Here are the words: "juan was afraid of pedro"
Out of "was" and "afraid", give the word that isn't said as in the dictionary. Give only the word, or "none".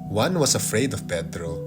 was